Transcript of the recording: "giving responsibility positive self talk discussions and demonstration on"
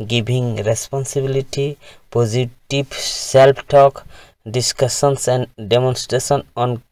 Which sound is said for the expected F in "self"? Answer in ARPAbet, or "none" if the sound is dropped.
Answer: P